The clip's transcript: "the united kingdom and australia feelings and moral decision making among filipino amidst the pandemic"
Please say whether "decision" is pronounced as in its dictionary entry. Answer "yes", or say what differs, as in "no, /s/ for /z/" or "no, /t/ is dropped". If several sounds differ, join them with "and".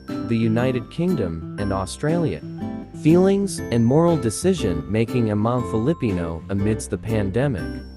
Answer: yes